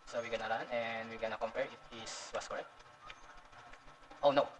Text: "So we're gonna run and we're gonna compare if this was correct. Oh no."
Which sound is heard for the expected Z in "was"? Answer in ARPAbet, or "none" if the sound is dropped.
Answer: S